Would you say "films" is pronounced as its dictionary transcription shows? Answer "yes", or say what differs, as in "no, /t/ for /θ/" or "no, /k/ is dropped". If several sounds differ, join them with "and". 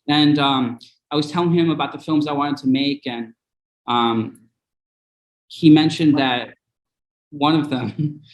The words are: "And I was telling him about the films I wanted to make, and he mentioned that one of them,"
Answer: yes